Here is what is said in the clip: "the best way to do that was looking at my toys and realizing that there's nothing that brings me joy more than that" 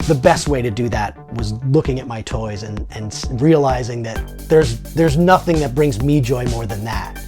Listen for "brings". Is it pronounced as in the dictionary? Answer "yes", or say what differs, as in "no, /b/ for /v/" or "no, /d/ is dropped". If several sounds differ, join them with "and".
yes